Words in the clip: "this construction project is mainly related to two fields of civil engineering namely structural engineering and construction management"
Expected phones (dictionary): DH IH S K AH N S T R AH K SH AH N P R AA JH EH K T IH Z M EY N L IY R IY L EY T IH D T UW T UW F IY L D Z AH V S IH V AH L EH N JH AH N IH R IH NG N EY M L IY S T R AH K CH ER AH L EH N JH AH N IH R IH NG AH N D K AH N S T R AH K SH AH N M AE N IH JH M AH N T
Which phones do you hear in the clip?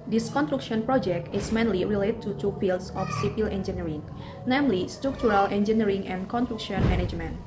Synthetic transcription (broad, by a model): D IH S K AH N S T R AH K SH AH N P R AA JH EH K T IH S M EY N L IY R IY L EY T T UW T UW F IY L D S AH F S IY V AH L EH N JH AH N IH R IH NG N EY M L IY S T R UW K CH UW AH L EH N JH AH N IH R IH NG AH N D K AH N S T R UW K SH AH N M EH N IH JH M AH N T